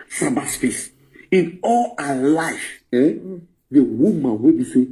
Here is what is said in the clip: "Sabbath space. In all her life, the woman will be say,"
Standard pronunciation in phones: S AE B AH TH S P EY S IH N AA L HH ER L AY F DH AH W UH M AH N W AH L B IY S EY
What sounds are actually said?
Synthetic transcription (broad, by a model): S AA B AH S F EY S IH N AA L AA L AY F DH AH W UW M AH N W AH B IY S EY